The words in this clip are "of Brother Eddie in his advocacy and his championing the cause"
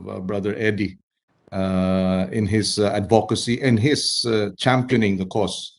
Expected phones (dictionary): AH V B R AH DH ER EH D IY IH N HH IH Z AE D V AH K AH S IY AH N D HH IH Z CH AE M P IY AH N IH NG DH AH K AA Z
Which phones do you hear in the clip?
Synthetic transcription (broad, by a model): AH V B R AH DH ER EH D IY IH N HH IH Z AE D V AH K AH S IY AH N HH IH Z CH AE M P IY AH N IH NG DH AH K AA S